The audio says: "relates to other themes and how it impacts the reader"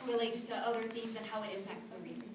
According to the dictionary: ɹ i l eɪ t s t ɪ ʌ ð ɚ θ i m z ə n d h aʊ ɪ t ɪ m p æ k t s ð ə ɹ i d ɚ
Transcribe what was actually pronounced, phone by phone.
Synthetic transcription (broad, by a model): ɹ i l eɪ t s t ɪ ʌ ð ɚ θ i m z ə n h aʊ ɪ t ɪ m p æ k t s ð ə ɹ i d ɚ